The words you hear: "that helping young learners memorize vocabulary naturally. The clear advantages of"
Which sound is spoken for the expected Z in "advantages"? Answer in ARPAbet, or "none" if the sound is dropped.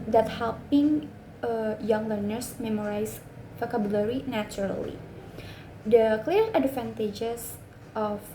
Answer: S